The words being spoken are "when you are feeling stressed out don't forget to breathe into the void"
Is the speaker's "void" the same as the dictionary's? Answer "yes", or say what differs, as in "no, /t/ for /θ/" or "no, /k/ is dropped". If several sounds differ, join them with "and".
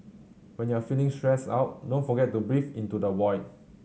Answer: no, /w/ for /v/